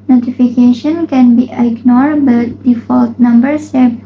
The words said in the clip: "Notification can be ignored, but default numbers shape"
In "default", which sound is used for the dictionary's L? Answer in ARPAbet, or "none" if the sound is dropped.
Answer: L